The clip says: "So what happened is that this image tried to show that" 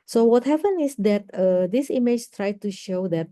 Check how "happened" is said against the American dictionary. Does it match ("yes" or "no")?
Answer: no